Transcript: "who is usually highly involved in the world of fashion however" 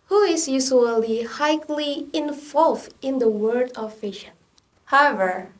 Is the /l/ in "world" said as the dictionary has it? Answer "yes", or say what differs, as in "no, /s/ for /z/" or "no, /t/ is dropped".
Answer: no, /l/ is dropped